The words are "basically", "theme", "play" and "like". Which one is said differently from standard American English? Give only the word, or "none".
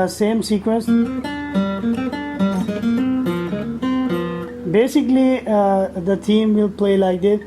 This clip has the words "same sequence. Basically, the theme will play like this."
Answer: theme